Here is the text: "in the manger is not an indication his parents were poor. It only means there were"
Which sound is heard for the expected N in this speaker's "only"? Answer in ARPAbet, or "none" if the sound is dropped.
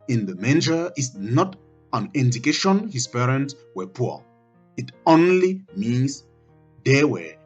N